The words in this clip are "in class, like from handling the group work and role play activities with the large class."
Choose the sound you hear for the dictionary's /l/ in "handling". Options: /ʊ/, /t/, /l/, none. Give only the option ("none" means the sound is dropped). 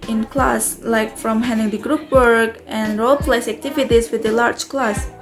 none